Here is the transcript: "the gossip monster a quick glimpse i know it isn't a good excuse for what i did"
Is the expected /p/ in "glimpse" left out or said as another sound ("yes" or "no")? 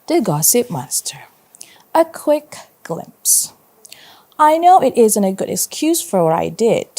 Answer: no